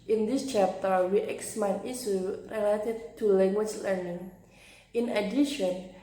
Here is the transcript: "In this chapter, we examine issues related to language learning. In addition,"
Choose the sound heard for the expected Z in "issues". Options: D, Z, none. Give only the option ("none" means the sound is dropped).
none